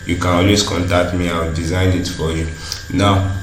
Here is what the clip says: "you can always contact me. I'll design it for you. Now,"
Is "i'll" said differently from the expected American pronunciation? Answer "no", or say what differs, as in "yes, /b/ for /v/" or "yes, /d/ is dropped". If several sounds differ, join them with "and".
yes, /w/ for /l/